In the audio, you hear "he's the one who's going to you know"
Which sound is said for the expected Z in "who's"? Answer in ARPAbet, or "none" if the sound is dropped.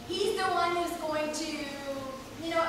Z